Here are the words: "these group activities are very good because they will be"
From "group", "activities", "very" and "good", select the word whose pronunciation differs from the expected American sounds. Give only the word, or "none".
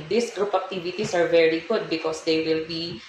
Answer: activities